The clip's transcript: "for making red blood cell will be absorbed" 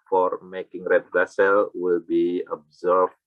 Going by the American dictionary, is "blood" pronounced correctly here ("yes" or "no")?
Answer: no